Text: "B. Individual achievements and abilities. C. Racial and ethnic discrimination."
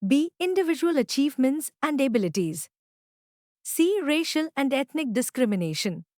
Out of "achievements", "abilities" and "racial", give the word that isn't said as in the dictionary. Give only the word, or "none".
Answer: none